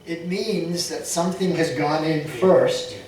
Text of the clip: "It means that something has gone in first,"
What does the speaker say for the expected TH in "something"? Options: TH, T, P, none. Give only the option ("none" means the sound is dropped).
TH